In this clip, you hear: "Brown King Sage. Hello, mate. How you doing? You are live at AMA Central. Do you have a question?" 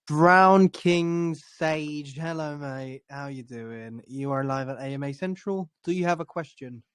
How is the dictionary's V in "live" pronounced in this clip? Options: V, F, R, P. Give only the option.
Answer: V